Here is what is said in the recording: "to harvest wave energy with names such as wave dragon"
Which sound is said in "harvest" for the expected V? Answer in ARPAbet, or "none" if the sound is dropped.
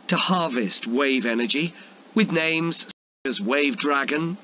V